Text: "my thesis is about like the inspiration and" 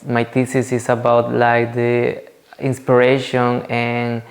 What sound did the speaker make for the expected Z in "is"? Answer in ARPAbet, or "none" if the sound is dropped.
S